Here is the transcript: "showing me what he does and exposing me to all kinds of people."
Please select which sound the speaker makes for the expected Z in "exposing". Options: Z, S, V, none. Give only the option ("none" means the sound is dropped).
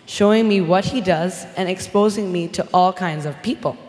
Z